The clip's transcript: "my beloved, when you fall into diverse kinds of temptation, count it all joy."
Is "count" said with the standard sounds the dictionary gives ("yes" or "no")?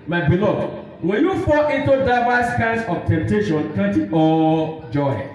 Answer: no